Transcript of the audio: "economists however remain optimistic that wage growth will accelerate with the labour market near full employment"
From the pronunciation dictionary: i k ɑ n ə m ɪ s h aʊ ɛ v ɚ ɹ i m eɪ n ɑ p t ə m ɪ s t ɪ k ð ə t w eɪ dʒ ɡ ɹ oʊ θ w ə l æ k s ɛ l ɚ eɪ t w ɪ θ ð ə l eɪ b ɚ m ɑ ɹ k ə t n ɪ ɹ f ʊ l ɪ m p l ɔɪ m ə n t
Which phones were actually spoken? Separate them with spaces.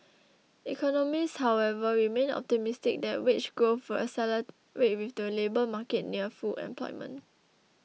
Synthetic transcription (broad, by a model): i k ɑ n ə m ɪ s h aʊ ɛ v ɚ ɹ i m eɪ n ɑ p t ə m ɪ s t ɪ k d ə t w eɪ tʃ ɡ oʊ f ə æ s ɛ l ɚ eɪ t w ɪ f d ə l eɪ b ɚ m ɑ k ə t n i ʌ f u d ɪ m p l ɔɪ m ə n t